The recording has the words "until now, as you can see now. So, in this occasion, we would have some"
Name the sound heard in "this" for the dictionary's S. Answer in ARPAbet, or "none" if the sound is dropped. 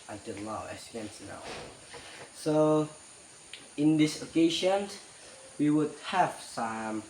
S